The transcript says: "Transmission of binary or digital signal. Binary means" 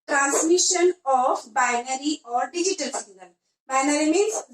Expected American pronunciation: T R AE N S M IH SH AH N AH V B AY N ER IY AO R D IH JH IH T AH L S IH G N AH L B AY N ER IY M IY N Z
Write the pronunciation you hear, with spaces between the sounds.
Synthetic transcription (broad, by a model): T R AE N S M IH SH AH N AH F B AY N ER IY AO R D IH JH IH T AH L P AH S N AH N B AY N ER IY M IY N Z